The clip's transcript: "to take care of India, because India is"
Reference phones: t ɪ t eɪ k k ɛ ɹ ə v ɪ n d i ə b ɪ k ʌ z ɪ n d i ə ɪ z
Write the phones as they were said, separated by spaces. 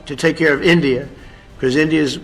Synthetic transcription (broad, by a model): t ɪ t eɪ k k ɛ ɹ ə v ɪ n d i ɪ k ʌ z ɪ n d i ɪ z